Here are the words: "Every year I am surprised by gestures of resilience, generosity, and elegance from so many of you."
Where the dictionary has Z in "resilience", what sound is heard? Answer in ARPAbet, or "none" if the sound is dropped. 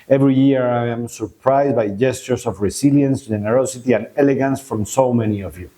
S